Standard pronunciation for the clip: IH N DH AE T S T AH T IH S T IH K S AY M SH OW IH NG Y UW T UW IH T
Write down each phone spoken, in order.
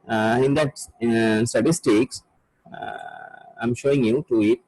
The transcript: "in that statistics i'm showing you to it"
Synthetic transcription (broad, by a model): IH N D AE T S T AH T IH S T IH K S AY M SH OW IH NG Y UW T UW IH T